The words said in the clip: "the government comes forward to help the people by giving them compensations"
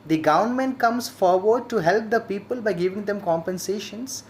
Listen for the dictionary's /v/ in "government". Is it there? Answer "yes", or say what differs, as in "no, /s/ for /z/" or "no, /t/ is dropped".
no, /v/ is dropped